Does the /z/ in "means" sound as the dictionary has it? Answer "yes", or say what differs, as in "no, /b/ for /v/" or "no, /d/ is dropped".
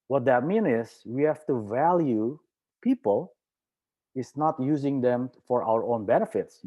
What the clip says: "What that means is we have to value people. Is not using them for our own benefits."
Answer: no, /z/ is dropped